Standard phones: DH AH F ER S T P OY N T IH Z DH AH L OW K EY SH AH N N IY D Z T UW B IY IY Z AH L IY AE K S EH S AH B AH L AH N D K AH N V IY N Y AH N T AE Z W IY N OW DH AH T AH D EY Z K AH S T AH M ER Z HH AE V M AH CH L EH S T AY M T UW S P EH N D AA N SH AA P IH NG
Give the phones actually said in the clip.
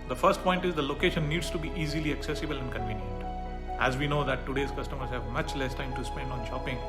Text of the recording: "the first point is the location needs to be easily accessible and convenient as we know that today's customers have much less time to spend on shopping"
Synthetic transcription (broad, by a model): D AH F ER S T P OY N T IH Z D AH L OW K EY SH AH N N IY D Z T UW B IY IY Z AH L IY AE K S EH S AH B AH L AH N D K AH N V IY N Y AH N T AE Z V IY N OW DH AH T AH D EY Z K AH S T AH M ER Z HH AE V M AH CH L EH S T AY M T UW S P EH N D AA N SH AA P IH NG